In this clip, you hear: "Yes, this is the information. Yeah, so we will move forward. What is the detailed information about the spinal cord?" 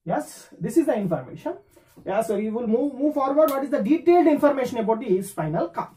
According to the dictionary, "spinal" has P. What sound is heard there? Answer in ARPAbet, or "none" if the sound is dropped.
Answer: F